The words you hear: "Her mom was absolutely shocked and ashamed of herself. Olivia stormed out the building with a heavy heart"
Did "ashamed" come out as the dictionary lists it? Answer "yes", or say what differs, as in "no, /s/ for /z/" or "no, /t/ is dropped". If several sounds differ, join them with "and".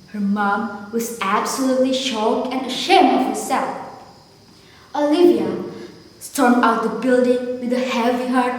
no, /d/ is dropped